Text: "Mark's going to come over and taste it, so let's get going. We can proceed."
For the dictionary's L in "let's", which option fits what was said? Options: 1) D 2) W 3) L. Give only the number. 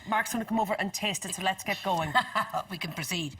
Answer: 3